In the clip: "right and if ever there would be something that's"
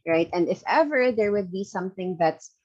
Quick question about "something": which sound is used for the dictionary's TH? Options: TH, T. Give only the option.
TH